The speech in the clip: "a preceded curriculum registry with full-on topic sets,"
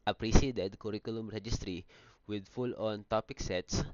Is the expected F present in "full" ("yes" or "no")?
yes